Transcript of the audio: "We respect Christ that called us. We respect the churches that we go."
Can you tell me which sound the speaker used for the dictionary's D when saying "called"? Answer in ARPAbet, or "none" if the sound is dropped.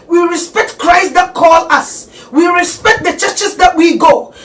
none